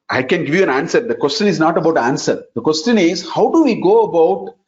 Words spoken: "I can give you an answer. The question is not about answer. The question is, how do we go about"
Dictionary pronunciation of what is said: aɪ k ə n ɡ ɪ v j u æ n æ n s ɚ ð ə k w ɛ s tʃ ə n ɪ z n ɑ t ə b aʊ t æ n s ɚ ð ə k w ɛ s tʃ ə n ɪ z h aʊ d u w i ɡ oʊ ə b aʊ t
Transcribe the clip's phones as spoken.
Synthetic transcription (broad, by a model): aɪ k ə n ɡ ɪ v j u æ n æ n s ɚ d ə k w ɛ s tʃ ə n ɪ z n ɑ t ə b aʊ t æ n s ɚ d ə k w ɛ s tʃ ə n ɪ z h aʊ d u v i ɡ oʊ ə b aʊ t